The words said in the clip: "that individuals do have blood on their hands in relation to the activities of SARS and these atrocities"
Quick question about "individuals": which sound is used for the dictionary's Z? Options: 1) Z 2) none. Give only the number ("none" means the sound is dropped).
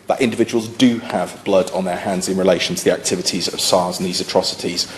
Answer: 1